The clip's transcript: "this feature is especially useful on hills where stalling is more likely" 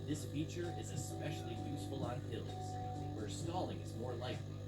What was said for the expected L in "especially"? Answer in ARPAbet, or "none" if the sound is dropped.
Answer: L